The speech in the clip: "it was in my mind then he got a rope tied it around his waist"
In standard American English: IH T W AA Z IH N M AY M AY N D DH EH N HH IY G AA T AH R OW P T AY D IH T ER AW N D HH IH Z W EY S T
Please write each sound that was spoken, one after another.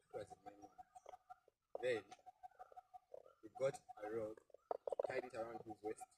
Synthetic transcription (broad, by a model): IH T W AA Z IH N M AY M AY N DH EH N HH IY G AA T AH R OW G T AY IH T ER AW N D HH IH Z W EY S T